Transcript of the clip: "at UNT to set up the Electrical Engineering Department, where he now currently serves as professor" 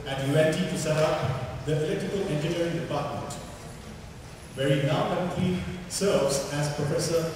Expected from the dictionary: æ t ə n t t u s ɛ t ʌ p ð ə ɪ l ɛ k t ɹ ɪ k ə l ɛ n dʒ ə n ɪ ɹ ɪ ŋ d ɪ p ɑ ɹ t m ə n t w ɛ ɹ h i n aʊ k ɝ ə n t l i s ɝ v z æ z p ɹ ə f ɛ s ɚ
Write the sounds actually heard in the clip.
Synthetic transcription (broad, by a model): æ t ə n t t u s ɛ t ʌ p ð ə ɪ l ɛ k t ɪ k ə l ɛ n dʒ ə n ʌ ɹ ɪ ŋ d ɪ p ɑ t m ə n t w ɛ ɹ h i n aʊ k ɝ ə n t l i s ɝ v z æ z p ɹ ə f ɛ s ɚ